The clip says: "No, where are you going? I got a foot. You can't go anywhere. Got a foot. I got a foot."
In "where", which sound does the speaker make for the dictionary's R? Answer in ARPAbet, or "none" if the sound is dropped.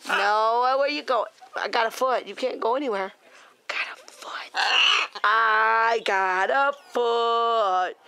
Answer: W